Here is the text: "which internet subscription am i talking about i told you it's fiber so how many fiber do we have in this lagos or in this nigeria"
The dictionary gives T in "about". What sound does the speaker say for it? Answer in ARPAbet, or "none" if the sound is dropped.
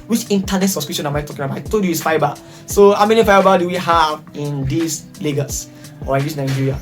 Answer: none